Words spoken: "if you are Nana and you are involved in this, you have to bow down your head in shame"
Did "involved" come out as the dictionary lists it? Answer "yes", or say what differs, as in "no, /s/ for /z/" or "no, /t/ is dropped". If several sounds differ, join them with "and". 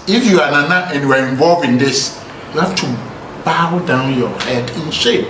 no, /d/ is dropped